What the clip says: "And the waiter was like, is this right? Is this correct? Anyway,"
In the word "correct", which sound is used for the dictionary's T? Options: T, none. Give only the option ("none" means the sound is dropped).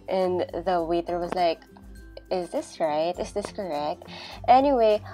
T